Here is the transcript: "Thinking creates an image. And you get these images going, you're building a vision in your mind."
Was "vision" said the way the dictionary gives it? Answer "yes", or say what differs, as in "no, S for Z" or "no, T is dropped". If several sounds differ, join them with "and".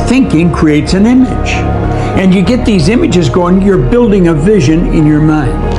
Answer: yes